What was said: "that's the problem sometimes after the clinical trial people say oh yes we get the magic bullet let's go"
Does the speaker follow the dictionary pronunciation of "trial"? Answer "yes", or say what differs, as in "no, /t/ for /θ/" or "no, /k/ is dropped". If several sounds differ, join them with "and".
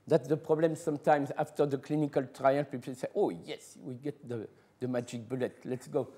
no, /n/ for /l/